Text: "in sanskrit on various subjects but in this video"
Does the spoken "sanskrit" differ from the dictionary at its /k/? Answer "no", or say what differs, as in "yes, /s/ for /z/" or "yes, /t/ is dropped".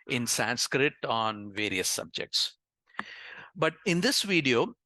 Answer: no